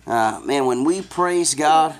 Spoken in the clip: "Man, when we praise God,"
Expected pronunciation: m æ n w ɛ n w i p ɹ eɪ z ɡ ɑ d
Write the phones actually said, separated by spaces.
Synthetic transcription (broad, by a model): m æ n w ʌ n w i p ɹ eɪ z ɡ ɑ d